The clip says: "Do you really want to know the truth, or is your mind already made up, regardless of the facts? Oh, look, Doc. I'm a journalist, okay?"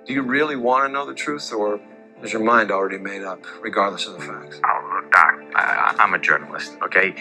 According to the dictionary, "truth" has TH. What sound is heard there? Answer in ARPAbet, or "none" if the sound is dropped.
TH